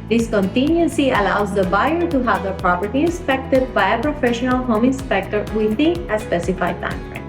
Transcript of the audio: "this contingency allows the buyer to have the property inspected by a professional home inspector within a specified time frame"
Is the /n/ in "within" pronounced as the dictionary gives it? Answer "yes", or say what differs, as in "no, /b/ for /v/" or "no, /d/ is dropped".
no, /n/ is dropped